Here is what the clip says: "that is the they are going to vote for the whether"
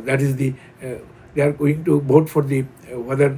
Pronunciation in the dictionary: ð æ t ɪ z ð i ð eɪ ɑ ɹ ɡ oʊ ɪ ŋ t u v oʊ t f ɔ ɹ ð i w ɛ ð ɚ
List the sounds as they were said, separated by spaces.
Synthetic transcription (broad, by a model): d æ t ɪ z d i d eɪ ɑ ɹ ɡ oʊ ɪ ŋ t u b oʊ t f ɔ ɹ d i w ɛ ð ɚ